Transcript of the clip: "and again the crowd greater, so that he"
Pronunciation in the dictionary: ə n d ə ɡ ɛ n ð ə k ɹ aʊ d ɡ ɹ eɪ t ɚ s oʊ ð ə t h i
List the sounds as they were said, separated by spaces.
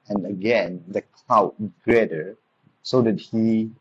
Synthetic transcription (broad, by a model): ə n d ə ɡ ɛ n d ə k l aʊ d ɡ ɹ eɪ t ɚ s oʊ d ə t h i